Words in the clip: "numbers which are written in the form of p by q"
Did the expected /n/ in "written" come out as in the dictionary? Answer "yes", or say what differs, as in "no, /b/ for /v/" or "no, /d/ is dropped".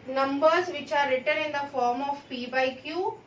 yes